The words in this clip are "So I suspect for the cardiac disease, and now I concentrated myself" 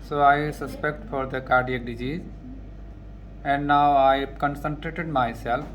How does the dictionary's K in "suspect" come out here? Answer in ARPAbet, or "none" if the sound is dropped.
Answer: K